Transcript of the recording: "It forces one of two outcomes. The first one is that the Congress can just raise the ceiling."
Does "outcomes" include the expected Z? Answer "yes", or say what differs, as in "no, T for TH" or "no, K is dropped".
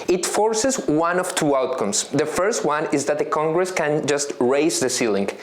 no, S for Z